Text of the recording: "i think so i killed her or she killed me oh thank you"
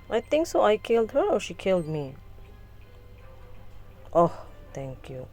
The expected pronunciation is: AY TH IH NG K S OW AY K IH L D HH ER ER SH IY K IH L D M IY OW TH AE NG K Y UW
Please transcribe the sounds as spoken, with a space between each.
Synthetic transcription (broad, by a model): AY T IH NG K S OW AY K IH L D HH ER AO SH IY K IH L D M IY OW T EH NG K Y UW